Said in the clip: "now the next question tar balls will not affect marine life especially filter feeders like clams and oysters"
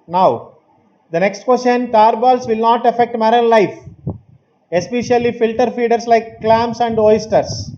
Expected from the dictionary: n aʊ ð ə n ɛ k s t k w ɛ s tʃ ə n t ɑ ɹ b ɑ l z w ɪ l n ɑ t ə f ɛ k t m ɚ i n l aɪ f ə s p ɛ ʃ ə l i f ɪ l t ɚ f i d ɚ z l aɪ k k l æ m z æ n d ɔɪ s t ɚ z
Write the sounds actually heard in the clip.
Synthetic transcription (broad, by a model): n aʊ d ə n ɛ k s t k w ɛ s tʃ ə n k ɑ ɹ b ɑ l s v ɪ l n ɑ t ə f ɛ k t m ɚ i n l aɪ f ə s p ɛ ʃ ə l i f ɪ l t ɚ f i d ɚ s l aɪ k k l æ m s æ n d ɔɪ s t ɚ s